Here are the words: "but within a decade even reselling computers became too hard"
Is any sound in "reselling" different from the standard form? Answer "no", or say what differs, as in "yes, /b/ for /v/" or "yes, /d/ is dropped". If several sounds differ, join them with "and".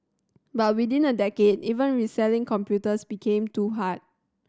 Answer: no